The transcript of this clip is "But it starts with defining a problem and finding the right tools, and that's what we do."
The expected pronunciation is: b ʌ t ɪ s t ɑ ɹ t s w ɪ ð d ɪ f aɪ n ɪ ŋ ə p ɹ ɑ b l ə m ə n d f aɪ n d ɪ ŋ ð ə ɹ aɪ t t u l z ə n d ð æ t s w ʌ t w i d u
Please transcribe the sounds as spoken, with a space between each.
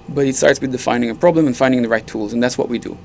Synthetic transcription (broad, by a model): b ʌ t ɪ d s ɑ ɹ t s w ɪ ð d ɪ f aɪ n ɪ ŋ ə p ɹ ɑ b l ə m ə n f aɪ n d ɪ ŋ ð ə ɹ aɪ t t u l z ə n ð æ t s w ʌ t w i d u